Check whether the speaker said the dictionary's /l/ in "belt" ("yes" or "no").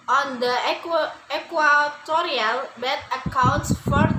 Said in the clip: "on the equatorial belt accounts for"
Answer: no